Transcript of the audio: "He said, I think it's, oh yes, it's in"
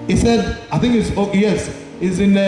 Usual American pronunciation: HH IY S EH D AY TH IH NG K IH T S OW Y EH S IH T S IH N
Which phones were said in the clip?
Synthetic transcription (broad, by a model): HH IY S EH D AY TH IH NG K IH T S OW Y EH S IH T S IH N